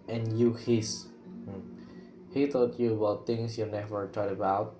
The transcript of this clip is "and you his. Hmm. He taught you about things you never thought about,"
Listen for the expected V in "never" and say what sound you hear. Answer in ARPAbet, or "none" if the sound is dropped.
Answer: V